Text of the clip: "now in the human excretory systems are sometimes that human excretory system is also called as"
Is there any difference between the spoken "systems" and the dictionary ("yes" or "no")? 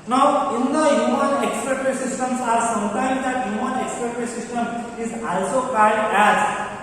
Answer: yes